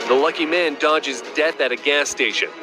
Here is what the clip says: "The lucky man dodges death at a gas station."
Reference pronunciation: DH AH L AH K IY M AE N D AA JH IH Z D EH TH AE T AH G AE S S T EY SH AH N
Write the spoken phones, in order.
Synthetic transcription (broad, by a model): DH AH L AH K IY M AE N D AA JH IH Z D EH TH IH T AH G AE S S T EY SH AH N